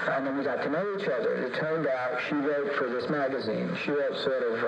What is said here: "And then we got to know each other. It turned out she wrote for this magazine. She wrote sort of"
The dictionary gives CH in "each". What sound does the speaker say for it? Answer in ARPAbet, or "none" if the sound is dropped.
CH